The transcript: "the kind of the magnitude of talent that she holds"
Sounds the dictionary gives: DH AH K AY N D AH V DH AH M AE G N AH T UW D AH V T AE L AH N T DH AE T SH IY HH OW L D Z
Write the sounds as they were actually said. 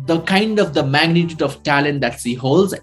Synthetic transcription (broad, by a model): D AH K AY N D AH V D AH M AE G N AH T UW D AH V T AE L AH N T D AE T S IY HH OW L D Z